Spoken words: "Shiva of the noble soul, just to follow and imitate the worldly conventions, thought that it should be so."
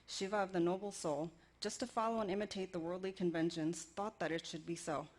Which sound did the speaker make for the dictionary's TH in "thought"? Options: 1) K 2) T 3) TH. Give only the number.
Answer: 3